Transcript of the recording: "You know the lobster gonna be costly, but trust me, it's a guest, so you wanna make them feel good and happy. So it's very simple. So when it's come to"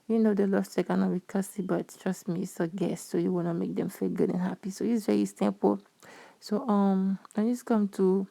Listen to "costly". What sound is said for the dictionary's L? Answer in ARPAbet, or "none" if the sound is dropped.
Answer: none